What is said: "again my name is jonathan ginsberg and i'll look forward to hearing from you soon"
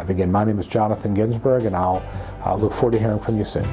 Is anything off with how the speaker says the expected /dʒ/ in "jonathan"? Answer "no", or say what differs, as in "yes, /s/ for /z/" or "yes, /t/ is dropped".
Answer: no